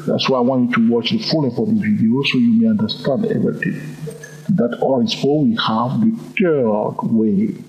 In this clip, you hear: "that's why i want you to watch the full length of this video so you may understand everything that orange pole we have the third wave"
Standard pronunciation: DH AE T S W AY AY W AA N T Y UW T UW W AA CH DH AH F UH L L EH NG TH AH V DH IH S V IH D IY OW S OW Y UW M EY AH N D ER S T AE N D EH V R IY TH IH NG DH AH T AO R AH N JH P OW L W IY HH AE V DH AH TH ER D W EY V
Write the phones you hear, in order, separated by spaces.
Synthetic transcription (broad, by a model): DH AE T S W AY AY W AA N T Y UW T UW W AA CH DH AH F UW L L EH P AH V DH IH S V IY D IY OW S OW Y UW M EY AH N D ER S T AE N D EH V R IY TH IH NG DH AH T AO AH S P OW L W IY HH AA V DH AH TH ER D W EY